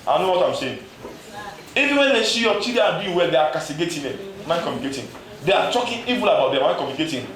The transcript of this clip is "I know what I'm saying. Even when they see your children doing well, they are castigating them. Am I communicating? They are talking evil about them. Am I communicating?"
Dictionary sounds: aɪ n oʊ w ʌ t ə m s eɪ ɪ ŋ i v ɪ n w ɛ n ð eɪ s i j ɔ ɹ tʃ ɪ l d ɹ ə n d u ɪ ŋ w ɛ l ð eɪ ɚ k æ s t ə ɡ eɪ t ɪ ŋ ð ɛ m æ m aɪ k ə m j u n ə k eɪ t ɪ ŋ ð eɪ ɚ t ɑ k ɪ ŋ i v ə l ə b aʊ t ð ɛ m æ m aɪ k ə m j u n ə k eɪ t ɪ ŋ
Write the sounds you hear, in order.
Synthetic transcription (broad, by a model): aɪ n oʊ w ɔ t ə m s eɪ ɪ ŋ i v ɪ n w ɛ n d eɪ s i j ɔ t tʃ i d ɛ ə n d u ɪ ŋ w ɛ l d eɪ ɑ k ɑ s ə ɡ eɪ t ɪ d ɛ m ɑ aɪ k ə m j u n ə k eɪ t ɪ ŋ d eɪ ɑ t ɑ k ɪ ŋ i v ə l ə b aʊ t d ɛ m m aɪ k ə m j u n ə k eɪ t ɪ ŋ